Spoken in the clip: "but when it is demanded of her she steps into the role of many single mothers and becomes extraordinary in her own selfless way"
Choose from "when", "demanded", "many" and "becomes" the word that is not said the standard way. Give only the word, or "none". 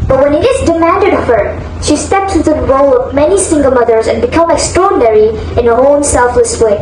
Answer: becomes